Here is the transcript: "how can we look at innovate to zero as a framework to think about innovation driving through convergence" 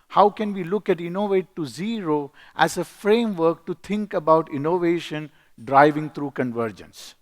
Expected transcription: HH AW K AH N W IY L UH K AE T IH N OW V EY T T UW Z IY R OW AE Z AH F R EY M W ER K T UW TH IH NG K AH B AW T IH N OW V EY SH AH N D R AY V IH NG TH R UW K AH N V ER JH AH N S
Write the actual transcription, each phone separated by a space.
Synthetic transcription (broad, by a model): HH AW K AH N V IY L UH K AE T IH N OW V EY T T UW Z IY R OW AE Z AH F R EY M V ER K T UW T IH NG K AH B AW T IH N OW V EY SH AH N D R AY V IH NG T R UW K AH N V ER JH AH N S